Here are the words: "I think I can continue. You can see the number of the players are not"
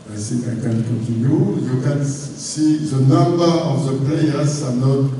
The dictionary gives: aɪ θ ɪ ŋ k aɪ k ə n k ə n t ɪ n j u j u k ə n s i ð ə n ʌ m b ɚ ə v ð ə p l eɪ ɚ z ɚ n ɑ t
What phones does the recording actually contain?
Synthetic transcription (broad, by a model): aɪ s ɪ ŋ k aɪ k ə n k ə n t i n j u j u k ə n s i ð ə n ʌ m b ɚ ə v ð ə p l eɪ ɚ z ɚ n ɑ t